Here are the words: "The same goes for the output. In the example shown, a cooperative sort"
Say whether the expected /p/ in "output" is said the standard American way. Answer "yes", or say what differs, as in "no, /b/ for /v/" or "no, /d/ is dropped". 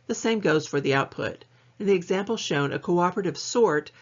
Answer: yes